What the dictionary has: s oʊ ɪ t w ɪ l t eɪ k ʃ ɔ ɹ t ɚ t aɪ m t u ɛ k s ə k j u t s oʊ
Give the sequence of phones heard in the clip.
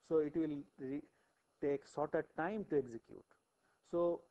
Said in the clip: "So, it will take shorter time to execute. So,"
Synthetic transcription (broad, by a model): s oʊ ɪ t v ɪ l t eɪ k s ɔ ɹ t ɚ t aɪ m t u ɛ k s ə k j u t s oʊ